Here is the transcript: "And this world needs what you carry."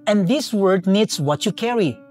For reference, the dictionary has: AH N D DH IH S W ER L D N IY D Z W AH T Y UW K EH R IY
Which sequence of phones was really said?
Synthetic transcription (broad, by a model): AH N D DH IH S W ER D N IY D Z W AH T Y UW K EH R IY